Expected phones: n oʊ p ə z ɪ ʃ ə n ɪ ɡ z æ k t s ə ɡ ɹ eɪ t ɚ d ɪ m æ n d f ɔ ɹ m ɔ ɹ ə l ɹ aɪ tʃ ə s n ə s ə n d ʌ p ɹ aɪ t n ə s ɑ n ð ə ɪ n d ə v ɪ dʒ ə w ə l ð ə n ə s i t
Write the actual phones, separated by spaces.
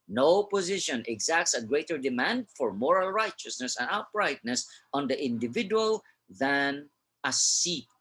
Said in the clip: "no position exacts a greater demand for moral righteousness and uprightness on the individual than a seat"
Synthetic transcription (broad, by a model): n oʊ p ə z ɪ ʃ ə n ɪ ɡ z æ k t s ə ɡ ɹ eɪ t ɚ d ɪ m æ n d f ɔ ɹ m ɔ ɹ ə l ɹ aɪ tʃ ə s n ə s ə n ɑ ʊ b ɹ aɪ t n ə s ɑ n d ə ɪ n d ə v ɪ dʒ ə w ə l ð ə n ə s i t